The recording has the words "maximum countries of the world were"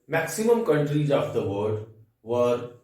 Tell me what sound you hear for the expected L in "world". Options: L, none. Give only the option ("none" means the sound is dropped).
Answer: none